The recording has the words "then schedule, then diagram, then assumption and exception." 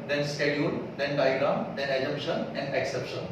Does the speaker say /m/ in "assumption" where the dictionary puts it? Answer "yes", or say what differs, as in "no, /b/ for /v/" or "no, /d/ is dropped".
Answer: no, /m/ is dropped